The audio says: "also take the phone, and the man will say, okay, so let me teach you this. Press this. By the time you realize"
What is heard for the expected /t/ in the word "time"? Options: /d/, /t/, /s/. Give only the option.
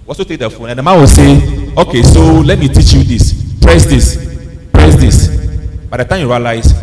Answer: /t/